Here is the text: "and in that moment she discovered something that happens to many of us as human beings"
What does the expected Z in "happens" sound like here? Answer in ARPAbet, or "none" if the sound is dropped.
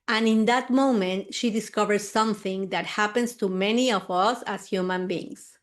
S